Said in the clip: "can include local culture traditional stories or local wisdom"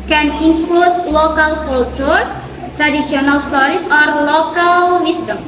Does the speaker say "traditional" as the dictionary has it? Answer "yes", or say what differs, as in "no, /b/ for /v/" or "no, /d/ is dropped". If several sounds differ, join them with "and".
no, /s/ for /ʃ/